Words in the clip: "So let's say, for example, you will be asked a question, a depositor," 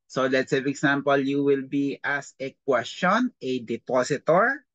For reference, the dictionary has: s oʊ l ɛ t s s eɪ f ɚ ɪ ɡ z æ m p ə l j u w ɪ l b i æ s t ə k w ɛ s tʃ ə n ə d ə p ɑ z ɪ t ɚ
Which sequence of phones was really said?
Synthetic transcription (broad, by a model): s oʊ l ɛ t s s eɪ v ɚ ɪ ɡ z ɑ m p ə l j u w ɪ l b i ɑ s ə k w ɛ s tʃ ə n ə d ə p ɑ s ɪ t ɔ